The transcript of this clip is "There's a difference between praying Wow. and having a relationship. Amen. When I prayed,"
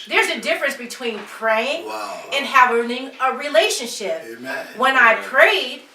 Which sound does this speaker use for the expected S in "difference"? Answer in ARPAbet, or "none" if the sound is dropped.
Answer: S